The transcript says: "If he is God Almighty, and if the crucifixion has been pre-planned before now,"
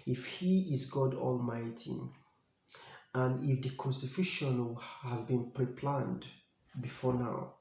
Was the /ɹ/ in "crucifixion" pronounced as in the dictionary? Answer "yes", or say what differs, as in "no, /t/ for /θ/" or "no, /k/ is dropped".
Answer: no, /ɹ/ is dropped